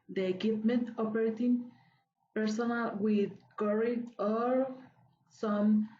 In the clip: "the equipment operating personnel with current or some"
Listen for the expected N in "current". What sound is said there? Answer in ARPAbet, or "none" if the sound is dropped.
none